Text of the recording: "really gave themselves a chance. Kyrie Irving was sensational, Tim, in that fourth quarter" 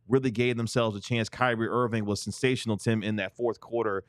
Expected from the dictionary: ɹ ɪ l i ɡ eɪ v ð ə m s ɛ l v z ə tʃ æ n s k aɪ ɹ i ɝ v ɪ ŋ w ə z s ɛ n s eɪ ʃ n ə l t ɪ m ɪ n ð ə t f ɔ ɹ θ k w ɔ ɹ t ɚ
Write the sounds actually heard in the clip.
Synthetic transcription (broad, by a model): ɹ ɪ l i ɡ eɪ v ð ə m s ɛ l v z ə tʃ æ n s k aɪ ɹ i ɝ v ɪ ŋ w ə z s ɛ n s eɪ ʃ n l t ɪ m ɪ n ð ə t f ɔ ɹ θ k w ɔ ɹ t ɚ